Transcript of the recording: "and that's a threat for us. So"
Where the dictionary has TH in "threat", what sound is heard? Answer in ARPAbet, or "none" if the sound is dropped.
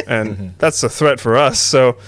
TH